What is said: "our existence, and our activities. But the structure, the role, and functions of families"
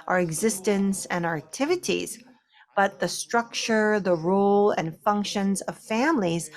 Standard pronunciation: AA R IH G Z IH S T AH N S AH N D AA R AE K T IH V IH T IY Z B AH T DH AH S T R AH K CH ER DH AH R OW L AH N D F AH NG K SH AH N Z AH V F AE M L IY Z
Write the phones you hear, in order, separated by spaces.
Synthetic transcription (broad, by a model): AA R IH G Z IH S T AH N S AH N AA R AE K T IH V IH T IY Z B AH T DH AH S T R AH K CH ER DH AH R OW L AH N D F AH NG K SH AH N Z AH V F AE M L IY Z